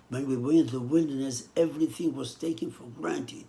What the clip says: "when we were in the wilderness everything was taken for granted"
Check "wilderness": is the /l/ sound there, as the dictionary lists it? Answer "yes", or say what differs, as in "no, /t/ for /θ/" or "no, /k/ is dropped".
yes